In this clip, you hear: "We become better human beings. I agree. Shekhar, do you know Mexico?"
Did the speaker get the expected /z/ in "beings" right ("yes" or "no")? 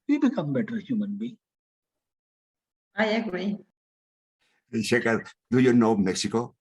no